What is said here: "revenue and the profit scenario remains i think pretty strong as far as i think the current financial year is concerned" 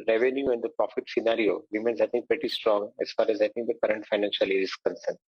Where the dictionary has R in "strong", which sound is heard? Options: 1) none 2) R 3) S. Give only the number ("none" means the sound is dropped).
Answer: 2